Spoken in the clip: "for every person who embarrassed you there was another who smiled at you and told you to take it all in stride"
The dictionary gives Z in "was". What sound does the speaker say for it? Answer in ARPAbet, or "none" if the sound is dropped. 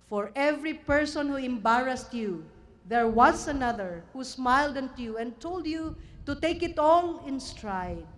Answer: S